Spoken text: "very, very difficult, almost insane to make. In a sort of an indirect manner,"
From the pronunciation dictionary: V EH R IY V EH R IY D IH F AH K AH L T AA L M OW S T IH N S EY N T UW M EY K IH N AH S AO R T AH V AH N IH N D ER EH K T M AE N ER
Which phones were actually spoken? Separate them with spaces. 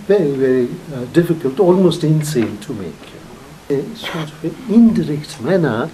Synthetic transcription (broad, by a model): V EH R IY V EH R IY D IH F AH K AH L T AA L M OW S T IH N S EY N T UW M EY K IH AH S AO R T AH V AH N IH D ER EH K T M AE N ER